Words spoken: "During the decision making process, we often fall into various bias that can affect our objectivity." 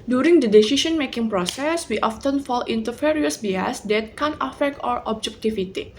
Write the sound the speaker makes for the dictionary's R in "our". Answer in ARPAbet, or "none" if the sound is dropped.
R